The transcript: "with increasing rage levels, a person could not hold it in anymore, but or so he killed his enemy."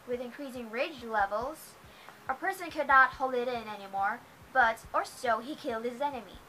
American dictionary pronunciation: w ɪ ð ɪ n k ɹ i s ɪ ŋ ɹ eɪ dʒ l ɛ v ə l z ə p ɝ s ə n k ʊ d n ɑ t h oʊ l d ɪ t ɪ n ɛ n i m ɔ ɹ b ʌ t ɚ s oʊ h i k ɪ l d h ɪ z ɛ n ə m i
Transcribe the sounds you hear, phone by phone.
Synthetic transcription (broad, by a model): w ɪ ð ɪ n k ɹ i s ɪ ŋ ɹ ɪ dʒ l ɛ v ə l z ə p ɝ s ə n k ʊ d n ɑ t h oʊ l d ɪ t ɪ n ɛ n i m ɔ ɹ b ʌ t ɚ s oʊ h i k ɪ l d h ɪ z ɛ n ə m i